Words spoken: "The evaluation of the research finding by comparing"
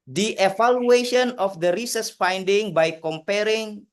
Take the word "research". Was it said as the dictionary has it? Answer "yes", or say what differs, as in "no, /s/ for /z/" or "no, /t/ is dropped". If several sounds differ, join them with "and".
no, /s/ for /tʃ/